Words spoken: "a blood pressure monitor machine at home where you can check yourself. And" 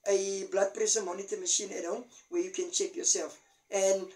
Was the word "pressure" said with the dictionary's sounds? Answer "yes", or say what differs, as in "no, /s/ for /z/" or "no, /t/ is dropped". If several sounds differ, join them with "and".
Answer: no, /s/ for /ʃ/